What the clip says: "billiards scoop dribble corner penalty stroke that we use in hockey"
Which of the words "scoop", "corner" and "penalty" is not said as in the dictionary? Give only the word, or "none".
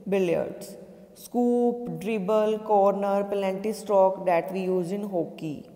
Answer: penalty